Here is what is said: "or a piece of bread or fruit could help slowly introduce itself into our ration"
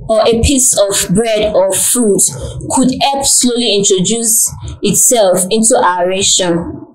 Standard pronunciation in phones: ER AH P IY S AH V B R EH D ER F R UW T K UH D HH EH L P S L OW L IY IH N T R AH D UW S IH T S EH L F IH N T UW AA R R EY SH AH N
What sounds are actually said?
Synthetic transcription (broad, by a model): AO AH P IY S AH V B R EH D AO F R UW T K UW D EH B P S L OW L IY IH N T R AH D UW S IH T S EH L F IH N T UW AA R R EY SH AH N